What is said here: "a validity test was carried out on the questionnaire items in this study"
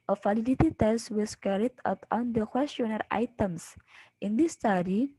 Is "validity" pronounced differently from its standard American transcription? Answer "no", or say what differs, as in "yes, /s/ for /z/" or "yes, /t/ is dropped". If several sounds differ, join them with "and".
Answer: yes, /f/ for /v/